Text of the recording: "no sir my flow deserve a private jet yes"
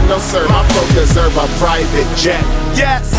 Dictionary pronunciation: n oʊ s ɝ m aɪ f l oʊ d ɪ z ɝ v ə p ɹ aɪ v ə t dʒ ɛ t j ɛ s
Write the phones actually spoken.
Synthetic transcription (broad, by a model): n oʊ s ɝ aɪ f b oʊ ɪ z ɝ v ə p ɹ aɪ v ə t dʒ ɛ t j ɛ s